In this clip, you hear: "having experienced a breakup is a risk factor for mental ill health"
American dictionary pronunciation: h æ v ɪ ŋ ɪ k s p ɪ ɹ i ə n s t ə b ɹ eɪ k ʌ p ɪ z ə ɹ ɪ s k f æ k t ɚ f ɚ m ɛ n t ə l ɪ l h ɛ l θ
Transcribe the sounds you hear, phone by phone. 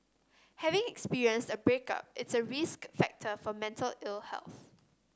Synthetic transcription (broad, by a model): h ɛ v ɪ ŋ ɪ k s p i ɹ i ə n s t ə b ɹ eɪ k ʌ p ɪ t ə ɹ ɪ s k f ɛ k t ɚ f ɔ m ɛ n t ə l ɪ l h ɛ l θ